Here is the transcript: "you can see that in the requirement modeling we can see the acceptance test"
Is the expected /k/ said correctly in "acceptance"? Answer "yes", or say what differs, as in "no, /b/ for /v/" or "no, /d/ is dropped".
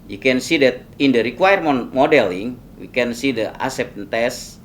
no, /k/ is dropped